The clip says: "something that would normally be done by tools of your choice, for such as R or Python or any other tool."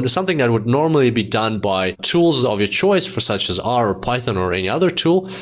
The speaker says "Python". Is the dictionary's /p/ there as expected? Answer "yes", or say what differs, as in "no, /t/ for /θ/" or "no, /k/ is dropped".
yes